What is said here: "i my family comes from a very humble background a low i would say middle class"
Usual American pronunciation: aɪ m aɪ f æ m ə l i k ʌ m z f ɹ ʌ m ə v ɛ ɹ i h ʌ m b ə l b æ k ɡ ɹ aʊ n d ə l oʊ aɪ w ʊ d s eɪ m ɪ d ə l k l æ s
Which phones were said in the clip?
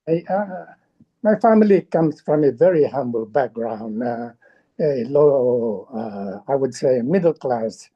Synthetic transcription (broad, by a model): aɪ m aɪ f æ m ə l i k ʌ m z f ɹ ʌ m ə v ɛ ɹ i h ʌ m b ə l b æ k ɡ ɹ aʊ n d ə l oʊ aɪ w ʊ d s eɪ m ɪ d l k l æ s